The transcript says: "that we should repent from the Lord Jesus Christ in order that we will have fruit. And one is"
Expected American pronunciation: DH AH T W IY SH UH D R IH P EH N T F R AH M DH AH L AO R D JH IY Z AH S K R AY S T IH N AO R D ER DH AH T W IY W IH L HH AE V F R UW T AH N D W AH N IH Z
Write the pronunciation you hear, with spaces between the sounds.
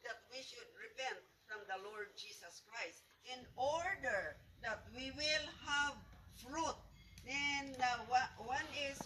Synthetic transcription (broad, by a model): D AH T W IY SH UH D R IH P EH N T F R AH M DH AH L AO R D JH IY S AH S K R AY S T IH N AO R D ER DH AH T W IY W IH L HH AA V F R UW T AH N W W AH N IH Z